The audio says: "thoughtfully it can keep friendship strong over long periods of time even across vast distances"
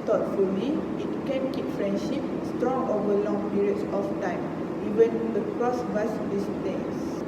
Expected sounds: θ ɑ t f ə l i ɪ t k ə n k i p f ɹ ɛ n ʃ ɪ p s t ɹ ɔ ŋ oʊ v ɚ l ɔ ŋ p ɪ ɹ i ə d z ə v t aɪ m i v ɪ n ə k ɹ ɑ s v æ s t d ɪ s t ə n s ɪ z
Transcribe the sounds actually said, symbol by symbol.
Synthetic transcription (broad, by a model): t ɑ t f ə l i ɪ t k ə n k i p f ɹ ɛ n ʃ ɪ p s t ɹ ɔ ŋ oʊ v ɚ l ɔ ŋ p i ɹ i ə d s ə f t aɪ m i w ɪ n ə k ɹ ɑ s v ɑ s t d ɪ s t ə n s